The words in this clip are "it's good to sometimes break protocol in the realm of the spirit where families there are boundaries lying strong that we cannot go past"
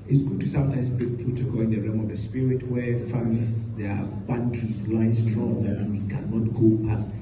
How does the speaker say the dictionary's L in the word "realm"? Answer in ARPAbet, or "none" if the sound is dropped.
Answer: none